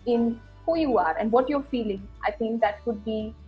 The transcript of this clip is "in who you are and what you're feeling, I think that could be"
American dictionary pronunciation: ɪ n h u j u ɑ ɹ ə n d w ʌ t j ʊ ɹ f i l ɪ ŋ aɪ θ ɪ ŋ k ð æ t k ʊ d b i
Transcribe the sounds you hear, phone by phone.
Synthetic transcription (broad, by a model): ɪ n h u j u ɑ ɹ ə n d w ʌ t j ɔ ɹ f i l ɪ ŋ aɪ θ ɪ ŋ k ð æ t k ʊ d b i